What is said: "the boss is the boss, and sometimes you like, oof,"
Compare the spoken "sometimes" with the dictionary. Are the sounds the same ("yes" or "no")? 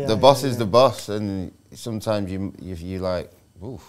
yes